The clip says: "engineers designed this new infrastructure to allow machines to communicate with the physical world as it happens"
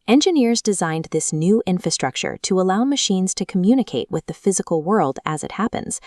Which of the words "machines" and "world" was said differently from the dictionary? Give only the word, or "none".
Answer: none